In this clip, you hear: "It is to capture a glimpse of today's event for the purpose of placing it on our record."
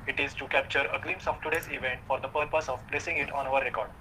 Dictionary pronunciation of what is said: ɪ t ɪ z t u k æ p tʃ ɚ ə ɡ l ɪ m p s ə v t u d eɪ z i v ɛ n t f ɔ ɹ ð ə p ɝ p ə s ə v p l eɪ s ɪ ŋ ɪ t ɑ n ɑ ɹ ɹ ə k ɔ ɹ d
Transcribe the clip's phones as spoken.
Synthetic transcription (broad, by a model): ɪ t ɪ z t u k æ p tʃ ɚ ə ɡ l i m s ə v t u d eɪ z i v ɛ n t f ɔ ɹ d ə p ɝ p ə s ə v p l eɪ s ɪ ŋ ɪ t ɑ n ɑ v ɹ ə k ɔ ɹ d